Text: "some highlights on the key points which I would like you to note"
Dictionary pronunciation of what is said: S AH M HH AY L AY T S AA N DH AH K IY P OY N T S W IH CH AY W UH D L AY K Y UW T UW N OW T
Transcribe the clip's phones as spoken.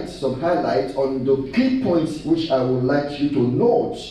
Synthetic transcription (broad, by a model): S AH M HH AY L AY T AA N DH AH K IY P OY N T S W IH CH AY W UH D L AY K Y UW T UW N OW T